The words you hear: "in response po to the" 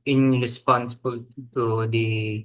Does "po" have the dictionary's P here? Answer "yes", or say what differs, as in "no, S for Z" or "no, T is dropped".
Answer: no, B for P